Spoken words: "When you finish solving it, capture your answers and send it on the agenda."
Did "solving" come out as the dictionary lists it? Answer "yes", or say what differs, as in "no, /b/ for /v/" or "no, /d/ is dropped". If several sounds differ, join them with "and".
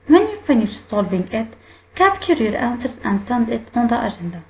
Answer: no, /b/ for /v/